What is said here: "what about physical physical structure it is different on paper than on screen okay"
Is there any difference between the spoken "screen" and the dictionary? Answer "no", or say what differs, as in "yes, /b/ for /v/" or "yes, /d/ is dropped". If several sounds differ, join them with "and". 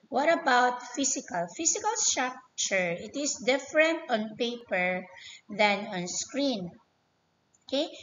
no